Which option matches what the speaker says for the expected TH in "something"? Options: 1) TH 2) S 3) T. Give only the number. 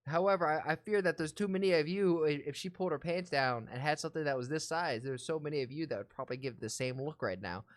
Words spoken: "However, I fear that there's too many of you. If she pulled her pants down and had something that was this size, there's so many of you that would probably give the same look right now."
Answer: 1